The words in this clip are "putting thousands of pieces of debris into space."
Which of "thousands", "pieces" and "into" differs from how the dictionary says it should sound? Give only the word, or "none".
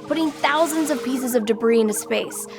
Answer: none